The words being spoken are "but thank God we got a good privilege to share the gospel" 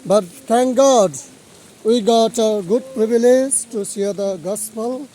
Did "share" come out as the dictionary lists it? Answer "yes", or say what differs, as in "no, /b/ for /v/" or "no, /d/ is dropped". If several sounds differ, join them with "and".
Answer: no, /s/ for /ʃ/